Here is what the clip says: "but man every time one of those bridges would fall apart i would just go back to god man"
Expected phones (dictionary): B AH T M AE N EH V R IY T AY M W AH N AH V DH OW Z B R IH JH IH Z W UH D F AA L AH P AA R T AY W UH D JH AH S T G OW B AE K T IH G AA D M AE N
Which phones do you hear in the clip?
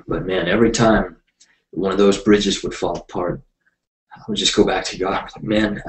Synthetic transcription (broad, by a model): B AH T M AE N EH V R IY T AY M W AH N AH V DH OW Z B R IH JH IH Z W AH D F AA L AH P AA R T AY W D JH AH S G OW B AE K T IH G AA M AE N